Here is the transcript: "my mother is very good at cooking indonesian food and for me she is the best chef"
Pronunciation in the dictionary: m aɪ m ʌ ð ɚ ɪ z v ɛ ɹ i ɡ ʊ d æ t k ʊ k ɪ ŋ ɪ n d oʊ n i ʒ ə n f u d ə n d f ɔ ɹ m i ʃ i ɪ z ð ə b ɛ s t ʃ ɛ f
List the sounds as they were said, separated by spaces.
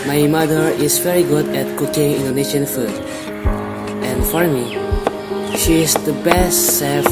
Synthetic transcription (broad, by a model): m aɪ m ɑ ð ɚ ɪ s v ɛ ɹ i ɡ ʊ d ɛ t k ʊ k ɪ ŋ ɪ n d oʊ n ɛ ʃ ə n f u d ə n f ɔ ɹ m i ʃ i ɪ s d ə b ɛ s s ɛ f